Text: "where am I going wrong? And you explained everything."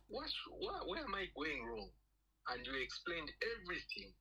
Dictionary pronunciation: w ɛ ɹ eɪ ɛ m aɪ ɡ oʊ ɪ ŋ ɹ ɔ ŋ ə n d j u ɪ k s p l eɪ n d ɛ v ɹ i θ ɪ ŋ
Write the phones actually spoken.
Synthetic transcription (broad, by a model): w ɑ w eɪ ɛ m aɪ ɡ oʊ ɪ ŋ ɹ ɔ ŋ ə n d j u ɪ k s p l eɪ n d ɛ v ɹ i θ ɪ ŋ